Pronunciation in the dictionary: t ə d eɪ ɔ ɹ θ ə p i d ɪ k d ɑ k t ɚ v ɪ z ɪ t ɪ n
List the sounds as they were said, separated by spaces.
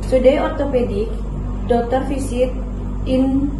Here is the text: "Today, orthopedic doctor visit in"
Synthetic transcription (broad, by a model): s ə d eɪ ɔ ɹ t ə p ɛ d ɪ k d ɑ k t ɚ f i s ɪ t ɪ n